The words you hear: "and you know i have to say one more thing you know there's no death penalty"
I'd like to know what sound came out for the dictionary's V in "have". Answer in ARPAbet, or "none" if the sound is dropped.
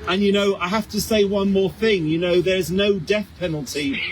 F